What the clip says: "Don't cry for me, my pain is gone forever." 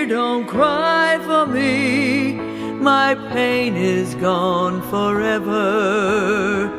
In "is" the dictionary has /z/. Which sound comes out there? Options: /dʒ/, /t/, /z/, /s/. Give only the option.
/z/